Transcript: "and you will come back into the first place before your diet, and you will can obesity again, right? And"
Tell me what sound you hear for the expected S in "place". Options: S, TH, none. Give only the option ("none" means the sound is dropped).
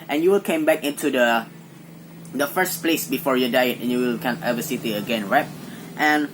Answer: S